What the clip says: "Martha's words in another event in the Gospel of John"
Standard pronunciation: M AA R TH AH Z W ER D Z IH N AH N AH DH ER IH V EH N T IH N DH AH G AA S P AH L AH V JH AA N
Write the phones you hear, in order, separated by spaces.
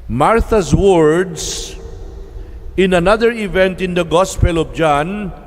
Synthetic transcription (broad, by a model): M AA R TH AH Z W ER D S IH N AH N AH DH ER IH V EH N T IH N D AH G AA S P AH L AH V JH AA N